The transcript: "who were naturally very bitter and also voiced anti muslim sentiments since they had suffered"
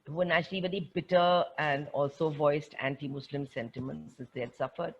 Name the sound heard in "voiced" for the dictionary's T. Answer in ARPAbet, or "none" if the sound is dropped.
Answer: T